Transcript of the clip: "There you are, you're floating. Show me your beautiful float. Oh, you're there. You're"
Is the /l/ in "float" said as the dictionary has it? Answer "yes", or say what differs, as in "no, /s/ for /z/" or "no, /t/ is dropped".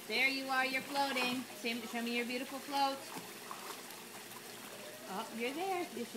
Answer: yes